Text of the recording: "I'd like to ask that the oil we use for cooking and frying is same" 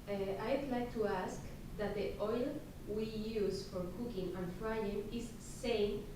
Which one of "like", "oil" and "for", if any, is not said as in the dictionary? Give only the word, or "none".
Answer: none